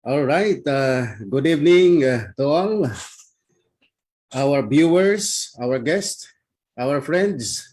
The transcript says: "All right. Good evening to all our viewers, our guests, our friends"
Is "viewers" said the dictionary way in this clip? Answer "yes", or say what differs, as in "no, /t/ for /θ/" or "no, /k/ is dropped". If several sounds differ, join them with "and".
no, /b/ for /v/ and /s/ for /z/